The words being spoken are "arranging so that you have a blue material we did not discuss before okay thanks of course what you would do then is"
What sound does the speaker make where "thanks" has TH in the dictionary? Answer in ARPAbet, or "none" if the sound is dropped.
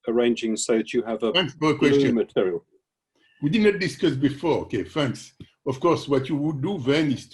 F